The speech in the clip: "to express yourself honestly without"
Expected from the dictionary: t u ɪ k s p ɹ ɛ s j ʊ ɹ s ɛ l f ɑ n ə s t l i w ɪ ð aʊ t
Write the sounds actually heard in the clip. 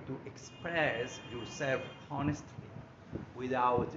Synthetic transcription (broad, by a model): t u ɪ k s p ɹ ɛ s j ʊ ɹ s ɛ l f ɑ n ə s t l i w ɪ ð aʊ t